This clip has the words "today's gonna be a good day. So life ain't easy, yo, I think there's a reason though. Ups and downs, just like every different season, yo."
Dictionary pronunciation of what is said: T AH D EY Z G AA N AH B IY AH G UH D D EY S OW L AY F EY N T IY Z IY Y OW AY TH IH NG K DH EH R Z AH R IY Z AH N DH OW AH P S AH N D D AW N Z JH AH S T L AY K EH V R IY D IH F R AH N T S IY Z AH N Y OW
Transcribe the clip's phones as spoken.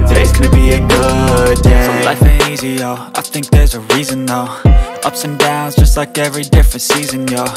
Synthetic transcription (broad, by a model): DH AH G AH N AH B IY AH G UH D D EY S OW L AY F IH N IY Z IY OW AY TH IH NG K DH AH R Z AH R IY Z AH N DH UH AH P S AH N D D AW N Z JH AH S T L AY K EH V R IY D IH F R AH N T S IY Z AH N Y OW